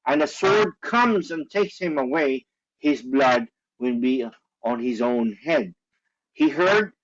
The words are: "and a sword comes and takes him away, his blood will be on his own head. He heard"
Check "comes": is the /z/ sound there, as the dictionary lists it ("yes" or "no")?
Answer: yes